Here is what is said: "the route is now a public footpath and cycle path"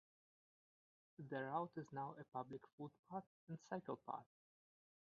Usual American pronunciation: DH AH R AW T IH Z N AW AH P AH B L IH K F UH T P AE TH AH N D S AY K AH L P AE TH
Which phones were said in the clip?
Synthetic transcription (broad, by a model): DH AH R AW T IH Z N AW AH P AH B L IH K F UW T P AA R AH N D S AY K AH L P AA T